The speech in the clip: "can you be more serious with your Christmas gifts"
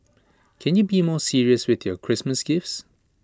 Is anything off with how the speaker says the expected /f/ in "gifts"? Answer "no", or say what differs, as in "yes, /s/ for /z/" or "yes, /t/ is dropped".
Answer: no